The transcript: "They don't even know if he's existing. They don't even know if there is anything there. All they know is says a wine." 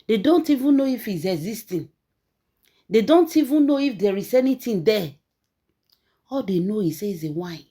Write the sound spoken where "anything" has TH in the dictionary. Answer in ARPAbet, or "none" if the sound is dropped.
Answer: T